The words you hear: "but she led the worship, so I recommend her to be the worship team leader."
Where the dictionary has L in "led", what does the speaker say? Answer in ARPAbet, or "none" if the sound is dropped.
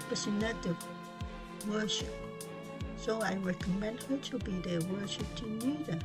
N